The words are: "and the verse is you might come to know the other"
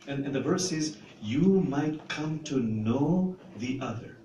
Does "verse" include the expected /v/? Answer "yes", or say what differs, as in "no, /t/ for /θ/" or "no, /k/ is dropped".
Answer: yes